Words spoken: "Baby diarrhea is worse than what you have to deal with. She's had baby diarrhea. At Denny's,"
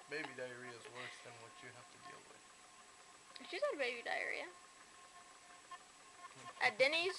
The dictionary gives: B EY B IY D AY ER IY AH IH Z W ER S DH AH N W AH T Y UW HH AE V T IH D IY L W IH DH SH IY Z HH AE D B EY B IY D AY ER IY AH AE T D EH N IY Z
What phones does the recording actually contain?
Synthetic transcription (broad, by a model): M EY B IY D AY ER IY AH IH Z W ER S DH AH N W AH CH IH HH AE F T IH D IY L W IH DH SH IY Z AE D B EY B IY D AY ER IY AH T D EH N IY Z